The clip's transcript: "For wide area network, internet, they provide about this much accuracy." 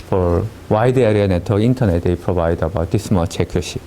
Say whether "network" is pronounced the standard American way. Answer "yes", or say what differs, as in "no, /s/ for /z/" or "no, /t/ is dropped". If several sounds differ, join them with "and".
no, /k/ is dropped